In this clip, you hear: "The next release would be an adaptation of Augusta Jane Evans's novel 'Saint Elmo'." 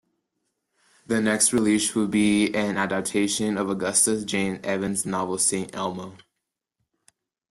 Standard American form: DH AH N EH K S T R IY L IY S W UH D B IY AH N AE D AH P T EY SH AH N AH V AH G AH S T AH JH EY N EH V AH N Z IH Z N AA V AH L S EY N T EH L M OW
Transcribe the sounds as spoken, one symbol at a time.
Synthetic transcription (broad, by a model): DH AH N EH K S T R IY L IY SH W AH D B IY AH N AE D AH P T EY SH AH N AH V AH G AH S T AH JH EY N EH V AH N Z Z N AA V L S EY N T EH L M OW